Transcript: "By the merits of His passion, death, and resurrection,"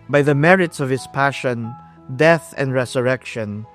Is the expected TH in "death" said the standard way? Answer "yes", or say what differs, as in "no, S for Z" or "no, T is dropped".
yes